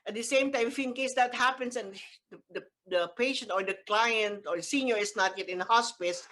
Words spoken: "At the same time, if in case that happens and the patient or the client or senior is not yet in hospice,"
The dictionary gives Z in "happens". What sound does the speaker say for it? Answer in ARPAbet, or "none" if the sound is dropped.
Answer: S